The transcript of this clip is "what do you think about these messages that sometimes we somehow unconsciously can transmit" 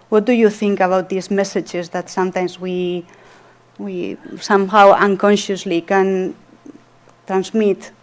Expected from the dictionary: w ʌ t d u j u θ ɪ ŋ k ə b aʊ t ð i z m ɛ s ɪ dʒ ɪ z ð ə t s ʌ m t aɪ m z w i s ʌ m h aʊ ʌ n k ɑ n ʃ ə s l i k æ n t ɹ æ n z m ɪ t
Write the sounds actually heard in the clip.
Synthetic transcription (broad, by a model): w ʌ t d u j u θ ɪ ŋ k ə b aʊ t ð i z m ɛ s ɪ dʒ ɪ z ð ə t s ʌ m t aɪ m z w i s ʌ m h aʊ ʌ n k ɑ n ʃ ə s l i k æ n t ɹ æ n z m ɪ t